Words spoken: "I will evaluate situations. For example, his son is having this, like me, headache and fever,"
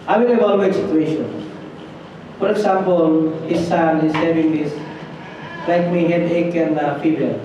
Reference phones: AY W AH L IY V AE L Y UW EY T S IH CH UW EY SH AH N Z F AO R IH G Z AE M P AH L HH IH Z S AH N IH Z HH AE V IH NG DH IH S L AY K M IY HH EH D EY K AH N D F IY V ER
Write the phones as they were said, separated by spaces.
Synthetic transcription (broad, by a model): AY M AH N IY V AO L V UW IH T S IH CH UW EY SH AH N F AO R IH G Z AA M P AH L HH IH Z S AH N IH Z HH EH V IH NG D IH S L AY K M IY HH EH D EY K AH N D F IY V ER